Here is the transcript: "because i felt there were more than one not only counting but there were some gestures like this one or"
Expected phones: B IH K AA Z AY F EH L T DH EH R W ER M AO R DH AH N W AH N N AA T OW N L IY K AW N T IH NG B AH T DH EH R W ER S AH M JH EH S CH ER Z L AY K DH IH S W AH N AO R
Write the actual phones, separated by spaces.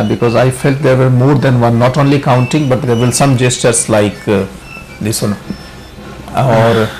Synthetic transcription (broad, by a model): B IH K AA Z AY F EH L T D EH R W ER M AO R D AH N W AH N N AA T OW N L IY K AW N T IH NG B AH T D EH R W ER S AH M JH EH S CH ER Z L AY K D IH S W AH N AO R